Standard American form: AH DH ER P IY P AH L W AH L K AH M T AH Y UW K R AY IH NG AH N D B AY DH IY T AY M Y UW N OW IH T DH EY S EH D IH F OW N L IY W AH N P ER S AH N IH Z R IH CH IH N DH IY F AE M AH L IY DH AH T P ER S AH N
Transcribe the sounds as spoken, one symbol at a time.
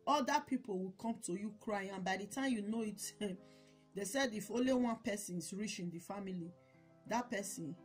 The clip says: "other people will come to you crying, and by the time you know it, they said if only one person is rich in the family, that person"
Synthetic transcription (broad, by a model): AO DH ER P IY P AH L W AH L K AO M T AH Y UW K R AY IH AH N B AY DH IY T AY M Y UW N OW IH T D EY S EH D IH F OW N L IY W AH N P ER S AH N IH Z R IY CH IH N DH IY F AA M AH L IY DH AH T P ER S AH N